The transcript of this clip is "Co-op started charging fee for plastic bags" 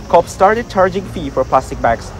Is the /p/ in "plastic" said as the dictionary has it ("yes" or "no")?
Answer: yes